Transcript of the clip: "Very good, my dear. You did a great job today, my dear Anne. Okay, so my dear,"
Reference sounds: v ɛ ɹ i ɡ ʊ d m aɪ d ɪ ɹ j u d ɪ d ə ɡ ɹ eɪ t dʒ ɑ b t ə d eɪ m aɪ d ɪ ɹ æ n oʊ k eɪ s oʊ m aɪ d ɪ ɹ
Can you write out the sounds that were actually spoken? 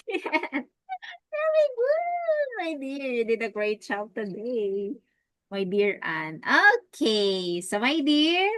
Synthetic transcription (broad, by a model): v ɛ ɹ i ɡ ʊ d m aɪ d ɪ ɹ d ɪ d ə ɡ ɹ eɪ t tʃ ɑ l t ə d eɪ m aɪ d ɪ ɹ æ n oʊ k eɪ s oʊ m aɪ d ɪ ɹ